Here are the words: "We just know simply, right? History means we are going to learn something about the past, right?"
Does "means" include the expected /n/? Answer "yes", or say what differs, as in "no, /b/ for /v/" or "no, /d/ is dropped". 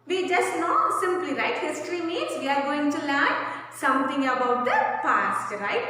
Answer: no, /n/ is dropped